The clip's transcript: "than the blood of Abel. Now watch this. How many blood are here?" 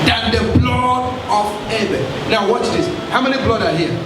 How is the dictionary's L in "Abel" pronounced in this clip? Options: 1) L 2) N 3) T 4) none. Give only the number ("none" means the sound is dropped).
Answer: 2